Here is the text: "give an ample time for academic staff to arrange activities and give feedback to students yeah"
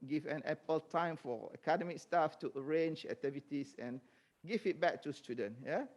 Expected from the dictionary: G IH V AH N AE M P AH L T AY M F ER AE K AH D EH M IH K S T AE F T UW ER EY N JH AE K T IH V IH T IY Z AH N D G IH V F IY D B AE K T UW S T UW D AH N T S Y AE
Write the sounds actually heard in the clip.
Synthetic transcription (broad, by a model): G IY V AH N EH P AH L T AY M F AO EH K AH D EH M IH K S T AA F T UW ER EY N JH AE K T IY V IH T IY S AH N G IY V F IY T B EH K T UW S T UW D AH N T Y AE